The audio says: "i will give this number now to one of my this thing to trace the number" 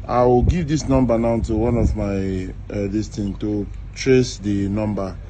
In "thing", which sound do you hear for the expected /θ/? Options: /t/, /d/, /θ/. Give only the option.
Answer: /t/